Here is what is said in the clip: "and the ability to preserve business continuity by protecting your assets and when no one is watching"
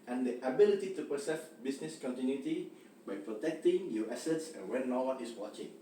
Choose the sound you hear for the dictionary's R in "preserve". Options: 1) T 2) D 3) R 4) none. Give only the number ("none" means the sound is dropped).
4